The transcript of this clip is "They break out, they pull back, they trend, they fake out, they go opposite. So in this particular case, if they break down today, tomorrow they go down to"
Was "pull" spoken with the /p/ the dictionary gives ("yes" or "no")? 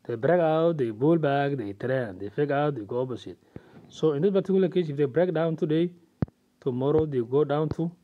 no